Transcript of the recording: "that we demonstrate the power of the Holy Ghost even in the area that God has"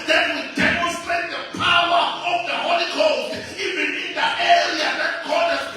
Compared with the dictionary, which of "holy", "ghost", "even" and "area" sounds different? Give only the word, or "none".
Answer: ghost